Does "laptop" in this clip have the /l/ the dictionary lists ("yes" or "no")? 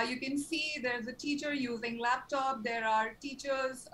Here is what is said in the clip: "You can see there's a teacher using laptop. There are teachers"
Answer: yes